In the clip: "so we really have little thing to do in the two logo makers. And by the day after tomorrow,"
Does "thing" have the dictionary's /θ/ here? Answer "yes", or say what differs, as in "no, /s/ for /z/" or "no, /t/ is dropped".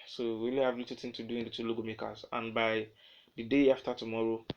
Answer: no, /t/ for /θ/